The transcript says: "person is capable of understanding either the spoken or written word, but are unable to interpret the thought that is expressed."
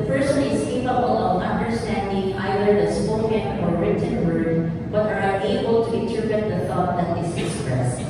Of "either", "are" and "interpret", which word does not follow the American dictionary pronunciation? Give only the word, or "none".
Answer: interpret